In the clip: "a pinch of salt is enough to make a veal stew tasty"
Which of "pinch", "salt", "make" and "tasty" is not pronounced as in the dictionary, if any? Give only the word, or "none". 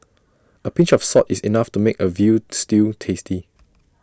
salt